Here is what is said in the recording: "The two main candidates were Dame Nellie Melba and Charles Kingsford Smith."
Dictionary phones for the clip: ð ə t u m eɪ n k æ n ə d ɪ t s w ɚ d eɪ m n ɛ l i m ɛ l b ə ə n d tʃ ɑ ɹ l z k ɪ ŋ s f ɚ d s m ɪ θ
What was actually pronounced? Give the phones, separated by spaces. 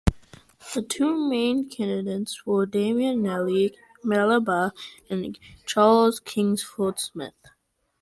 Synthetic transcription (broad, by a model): ð ə t u m eɪ n k æ n ə d ɪ t s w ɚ d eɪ m n ɛ l i m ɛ l b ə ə n tʃ ɑ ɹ l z k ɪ ŋ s f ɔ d s m ɪ θ